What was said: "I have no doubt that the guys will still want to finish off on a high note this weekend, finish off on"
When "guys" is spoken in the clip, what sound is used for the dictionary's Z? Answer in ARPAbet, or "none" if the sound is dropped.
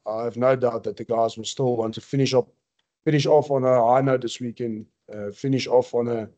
Z